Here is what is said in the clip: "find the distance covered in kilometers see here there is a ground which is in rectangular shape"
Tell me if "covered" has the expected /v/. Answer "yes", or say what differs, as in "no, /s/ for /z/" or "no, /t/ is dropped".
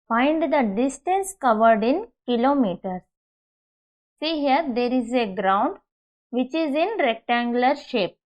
yes